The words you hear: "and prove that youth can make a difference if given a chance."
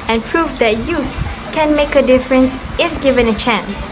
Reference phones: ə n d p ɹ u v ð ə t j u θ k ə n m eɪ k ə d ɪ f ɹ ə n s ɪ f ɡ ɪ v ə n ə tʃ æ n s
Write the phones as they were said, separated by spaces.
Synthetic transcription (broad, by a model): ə n p ɹ u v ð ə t j u s k ə n m eɪ k ə d ɪ f ɹ ə n s ɪ f ɡ ɪ v ə n ə tʃ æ n s